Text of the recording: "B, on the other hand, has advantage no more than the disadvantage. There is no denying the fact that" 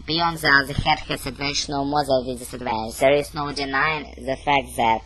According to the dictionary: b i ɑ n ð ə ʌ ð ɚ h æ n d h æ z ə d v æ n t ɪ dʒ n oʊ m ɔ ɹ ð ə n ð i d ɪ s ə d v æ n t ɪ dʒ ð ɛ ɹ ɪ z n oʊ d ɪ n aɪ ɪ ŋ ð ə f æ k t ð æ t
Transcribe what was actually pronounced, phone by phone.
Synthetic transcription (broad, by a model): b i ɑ n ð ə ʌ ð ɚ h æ d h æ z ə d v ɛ n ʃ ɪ n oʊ m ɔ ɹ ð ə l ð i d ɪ s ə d v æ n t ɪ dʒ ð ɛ ɹ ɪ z n oʊ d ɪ n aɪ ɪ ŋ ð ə f æ k t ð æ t